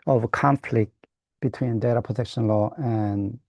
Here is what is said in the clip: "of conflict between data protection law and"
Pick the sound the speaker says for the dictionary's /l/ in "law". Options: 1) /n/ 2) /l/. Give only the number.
2